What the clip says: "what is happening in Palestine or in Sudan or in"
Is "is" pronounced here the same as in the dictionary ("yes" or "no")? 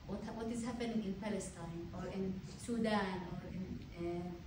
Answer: yes